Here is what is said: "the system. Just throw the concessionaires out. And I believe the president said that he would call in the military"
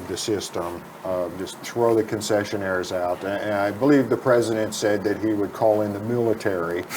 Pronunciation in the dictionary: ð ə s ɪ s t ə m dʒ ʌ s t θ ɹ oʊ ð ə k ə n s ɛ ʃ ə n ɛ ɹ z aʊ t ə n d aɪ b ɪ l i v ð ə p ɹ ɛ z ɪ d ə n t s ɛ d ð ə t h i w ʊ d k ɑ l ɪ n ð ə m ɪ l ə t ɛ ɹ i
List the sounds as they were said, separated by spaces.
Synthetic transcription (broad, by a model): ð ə s ɪ s t ə m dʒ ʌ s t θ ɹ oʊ ð ə k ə n s ɛ ʃ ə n ɛ ɹ z aʊ t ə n aɪ b ɪ l i v ð ə p ɹ ɛ z ɪ d ə n t s ɛ d ð ə t h i w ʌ d k ɑ l ɪ n ð ə m ɪ l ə t ɛ ɹ i